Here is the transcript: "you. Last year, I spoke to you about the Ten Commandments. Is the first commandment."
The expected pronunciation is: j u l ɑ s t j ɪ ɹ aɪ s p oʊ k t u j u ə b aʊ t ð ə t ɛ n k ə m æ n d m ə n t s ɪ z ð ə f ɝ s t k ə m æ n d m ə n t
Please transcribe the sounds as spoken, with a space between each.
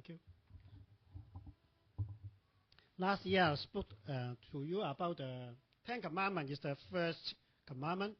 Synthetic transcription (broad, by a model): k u l ɑ s t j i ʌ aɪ s p oʊ k t u j u ə b aʊ t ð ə t ɛ n k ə m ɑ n m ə n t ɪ s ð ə f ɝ s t k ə m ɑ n m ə n